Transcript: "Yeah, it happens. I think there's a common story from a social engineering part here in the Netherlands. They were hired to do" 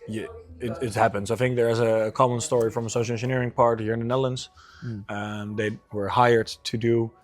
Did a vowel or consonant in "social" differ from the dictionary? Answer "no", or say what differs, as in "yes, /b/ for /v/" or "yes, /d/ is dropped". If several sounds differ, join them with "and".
yes, /ʃ/ is dropped